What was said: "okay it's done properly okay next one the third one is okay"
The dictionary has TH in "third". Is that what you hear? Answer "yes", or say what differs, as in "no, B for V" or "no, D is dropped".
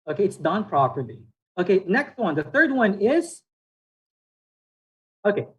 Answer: yes